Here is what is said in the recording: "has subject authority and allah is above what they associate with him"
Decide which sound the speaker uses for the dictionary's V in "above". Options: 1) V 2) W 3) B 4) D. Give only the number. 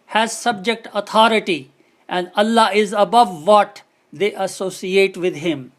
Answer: 1